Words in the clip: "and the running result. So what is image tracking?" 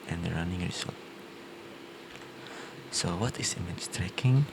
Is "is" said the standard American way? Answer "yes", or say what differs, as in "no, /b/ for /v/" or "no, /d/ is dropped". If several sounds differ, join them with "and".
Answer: no, /s/ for /z/